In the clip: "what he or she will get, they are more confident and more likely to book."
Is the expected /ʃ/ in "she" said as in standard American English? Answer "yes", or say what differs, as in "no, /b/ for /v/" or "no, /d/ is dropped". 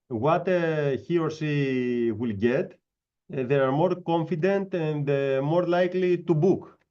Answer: no, /s/ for /ʃ/